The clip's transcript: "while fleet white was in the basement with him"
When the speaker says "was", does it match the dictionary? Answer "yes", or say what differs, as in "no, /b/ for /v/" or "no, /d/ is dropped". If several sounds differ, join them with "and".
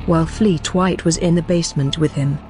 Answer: yes